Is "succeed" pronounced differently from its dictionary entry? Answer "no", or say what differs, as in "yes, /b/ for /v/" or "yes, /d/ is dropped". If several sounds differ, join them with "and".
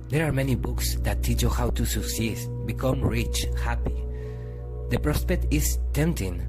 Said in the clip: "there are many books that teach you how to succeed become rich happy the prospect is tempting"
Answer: yes, /k/ is dropped